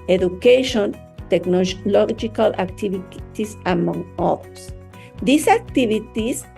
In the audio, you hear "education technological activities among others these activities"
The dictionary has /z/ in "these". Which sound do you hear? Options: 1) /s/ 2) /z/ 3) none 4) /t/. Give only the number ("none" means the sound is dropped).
1